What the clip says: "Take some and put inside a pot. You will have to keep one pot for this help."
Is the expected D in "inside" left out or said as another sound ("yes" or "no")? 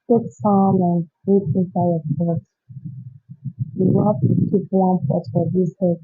yes